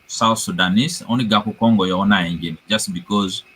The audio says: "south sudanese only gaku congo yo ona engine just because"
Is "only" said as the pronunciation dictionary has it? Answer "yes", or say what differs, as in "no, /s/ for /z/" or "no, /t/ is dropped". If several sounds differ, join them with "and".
no, /l/ is dropped